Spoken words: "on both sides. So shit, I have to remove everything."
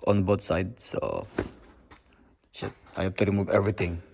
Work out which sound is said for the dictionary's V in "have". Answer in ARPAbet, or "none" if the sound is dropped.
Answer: P